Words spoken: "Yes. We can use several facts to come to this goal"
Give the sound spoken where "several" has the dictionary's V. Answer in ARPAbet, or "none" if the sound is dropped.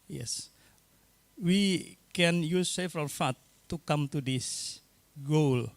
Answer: F